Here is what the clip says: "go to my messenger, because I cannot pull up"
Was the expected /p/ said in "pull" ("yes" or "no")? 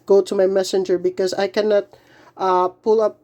yes